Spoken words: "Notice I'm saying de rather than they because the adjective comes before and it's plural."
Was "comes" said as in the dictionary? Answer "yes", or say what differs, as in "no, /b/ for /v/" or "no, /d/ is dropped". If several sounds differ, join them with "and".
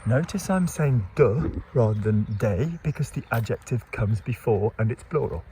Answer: yes